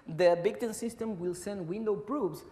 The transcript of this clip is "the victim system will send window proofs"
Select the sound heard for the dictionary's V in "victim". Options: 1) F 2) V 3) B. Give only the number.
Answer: 3